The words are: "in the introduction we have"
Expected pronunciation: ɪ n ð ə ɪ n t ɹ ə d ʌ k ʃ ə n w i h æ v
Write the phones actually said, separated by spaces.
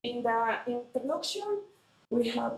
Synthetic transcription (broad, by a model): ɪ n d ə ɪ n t ə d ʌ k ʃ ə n w i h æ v